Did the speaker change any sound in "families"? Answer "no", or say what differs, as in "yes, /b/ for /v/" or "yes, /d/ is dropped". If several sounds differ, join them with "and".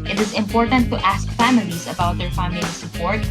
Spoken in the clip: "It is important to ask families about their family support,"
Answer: no